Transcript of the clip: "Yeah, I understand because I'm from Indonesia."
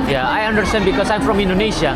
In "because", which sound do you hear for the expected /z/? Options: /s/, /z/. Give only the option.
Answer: /s/